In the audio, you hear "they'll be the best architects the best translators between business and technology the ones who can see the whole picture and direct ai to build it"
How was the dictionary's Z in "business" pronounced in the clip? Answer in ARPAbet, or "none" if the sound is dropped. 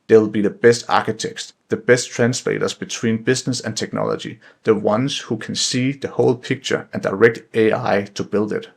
S